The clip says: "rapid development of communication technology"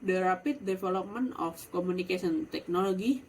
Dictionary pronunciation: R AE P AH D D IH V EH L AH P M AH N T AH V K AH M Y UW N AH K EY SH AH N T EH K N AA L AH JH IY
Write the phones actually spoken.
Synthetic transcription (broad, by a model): R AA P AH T D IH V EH L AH P M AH N AH F K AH M UW N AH K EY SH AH N T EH K N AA L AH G IY